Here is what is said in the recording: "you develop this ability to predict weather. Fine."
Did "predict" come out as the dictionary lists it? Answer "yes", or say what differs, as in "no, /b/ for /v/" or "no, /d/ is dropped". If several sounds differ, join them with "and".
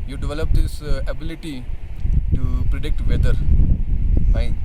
yes